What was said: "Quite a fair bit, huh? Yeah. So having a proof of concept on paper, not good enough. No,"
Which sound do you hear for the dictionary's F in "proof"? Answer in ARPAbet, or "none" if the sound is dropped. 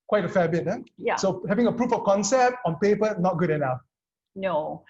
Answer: F